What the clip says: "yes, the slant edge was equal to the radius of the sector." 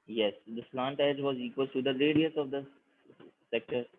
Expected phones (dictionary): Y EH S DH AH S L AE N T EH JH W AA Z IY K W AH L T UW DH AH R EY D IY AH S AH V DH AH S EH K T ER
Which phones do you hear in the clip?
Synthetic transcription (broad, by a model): Y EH S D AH S L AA N T EH JH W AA Z IY K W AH L T UW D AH L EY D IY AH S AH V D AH S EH K T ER